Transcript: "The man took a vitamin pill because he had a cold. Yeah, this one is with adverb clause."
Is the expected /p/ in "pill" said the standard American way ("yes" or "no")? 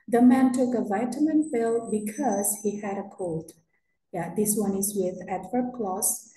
no